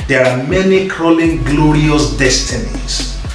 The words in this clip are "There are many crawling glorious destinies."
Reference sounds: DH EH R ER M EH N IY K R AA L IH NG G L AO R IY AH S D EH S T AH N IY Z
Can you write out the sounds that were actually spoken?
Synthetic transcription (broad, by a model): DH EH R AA M EH N IY K R AA L IH NG G L AO R IY AH S D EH S T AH N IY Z